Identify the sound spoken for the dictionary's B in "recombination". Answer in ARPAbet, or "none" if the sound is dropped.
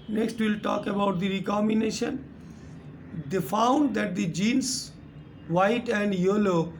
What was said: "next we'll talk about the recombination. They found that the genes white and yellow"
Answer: none